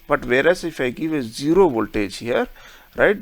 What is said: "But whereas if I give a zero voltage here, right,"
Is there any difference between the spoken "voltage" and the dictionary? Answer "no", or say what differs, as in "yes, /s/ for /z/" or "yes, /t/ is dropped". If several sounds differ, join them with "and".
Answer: yes, /tʃ/ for /dʒ/